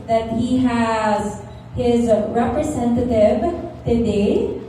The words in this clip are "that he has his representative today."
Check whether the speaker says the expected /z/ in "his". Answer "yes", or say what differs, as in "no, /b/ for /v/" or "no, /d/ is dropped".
yes